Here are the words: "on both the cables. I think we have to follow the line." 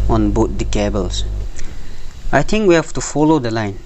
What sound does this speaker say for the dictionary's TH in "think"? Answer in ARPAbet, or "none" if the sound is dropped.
T